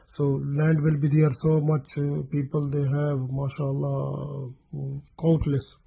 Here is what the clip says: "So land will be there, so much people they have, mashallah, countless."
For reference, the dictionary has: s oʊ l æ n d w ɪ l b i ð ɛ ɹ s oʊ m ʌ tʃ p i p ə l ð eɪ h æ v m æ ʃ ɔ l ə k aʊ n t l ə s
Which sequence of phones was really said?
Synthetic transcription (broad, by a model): s oʊ l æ n d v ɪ l b i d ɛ ɹ s oʊ m ʌ tʃ p i p ə l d eɪ h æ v m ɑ ʃ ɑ l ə k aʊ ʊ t l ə s